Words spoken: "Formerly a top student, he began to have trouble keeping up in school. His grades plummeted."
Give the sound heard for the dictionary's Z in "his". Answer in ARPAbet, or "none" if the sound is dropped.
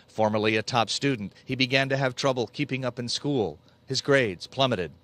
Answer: Z